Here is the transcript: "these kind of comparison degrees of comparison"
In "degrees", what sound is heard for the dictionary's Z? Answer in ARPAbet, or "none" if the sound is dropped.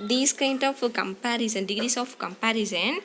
S